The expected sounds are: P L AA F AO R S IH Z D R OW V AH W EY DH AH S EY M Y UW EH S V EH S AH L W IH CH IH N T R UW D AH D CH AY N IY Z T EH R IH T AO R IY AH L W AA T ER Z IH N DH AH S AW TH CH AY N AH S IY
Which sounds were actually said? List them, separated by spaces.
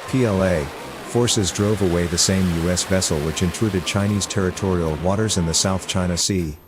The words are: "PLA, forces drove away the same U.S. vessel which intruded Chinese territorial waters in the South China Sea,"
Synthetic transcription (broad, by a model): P L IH F AO R S IH Z D R OW V AH W EY DH AH S EY M Y UW EH S V EH S L W IH CH IH N T R UW D AH D CH AY N IY Z T EH R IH T AO R IY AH L W AA T ER Z IH N DH AH S AW TH CH AY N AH S IY